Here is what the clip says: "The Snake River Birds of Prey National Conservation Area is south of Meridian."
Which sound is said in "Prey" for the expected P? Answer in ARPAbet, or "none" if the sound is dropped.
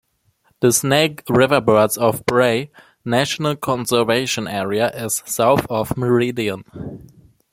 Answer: B